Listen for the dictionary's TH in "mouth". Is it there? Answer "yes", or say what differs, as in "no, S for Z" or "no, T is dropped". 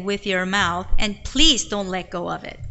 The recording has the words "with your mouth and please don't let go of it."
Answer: yes